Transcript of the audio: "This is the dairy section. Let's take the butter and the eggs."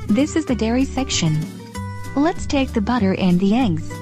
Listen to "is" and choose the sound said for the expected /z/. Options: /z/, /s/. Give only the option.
/z/